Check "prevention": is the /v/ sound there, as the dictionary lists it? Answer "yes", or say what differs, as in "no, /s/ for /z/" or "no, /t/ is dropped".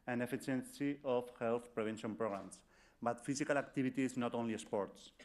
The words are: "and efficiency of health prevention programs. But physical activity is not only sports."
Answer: no, /b/ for /v/